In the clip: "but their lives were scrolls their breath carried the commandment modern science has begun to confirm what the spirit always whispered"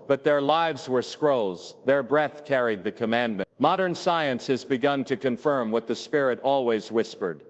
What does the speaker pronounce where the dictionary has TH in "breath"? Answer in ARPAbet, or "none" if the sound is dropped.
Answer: TH